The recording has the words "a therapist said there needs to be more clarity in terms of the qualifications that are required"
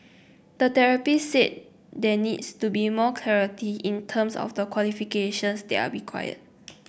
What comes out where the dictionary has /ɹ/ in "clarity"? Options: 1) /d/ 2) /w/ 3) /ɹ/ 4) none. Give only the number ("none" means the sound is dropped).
3